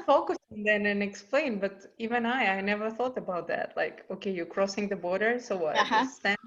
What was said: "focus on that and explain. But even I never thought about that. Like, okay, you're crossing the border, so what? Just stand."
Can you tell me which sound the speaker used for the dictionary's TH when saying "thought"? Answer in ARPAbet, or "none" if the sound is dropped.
TH